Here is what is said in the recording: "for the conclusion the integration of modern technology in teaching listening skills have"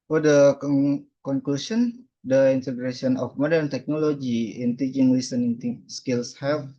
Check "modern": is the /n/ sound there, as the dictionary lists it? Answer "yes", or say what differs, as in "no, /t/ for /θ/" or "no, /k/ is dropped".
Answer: yes